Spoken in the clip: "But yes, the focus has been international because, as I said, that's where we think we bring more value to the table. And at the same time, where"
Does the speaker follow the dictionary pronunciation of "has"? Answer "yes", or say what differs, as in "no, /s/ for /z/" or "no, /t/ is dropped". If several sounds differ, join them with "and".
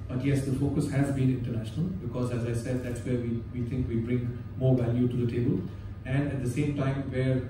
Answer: yes